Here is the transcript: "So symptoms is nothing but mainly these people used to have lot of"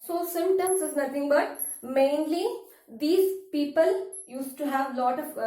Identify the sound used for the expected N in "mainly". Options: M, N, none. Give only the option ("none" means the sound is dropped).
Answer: N